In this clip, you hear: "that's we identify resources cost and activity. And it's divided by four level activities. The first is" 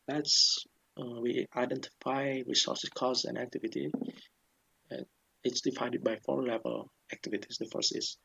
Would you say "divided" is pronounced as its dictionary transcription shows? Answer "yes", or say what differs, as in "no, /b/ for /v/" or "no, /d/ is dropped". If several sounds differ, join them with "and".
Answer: no, /f/ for /v/